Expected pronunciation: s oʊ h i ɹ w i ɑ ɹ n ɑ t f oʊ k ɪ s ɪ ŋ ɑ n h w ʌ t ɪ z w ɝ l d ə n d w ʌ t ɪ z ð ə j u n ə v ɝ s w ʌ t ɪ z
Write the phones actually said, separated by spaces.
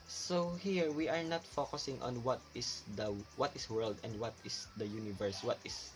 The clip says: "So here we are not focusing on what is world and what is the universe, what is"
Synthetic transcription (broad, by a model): s oʊ h i ɹ w i ɑ ɹ n ɑ t f oʊ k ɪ s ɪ ŋ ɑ n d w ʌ t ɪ s w ɝ l d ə n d w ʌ t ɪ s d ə j u n ə v ɝ s w ʌ t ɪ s